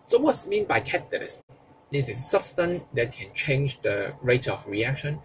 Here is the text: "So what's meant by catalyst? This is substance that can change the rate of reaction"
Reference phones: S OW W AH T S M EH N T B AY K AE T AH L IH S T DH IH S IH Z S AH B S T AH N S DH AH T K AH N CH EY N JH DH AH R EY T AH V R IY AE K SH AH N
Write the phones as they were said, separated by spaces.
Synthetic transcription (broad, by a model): S OW W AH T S M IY N B AY K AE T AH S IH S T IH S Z S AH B S T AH N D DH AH T K AH N CH EY N JH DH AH R EY T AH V R IY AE K SH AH N